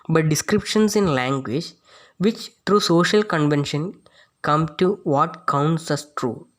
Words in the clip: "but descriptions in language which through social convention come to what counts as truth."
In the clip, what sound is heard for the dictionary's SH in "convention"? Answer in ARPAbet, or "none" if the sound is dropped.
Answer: SH